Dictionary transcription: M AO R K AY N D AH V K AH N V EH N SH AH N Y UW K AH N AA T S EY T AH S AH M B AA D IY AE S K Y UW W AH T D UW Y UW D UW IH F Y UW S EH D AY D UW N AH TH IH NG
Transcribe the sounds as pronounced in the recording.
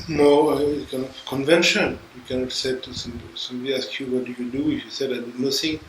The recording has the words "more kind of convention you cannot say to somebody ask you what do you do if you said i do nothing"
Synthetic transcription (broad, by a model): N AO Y K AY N AH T K AH N V EH N SH AH N Y UW K AH N AA T S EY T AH S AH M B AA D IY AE S K Y UW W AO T D UW Y UW D UW IH F Y UW S EH D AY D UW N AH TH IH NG